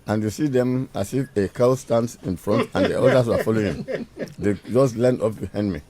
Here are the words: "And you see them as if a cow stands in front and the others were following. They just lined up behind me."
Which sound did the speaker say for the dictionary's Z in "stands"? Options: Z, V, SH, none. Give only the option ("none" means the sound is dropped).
none